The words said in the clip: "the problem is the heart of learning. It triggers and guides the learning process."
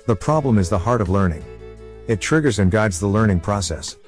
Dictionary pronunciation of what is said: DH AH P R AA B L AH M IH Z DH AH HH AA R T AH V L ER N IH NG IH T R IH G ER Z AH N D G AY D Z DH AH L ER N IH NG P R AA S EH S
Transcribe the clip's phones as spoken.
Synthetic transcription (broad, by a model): DH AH P R AA B L AH M IH Z DH AH HH AA R T AH V L ER N IH NG IH T R IH G ER Z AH N G AY D Z DH AH L ER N IH NG P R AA S EH S